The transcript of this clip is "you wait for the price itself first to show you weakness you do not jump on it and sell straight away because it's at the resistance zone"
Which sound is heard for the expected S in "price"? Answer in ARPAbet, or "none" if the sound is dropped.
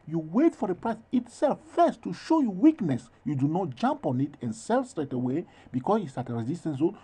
S